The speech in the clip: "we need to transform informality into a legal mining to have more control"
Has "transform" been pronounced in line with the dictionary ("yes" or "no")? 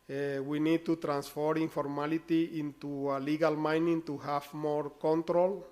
no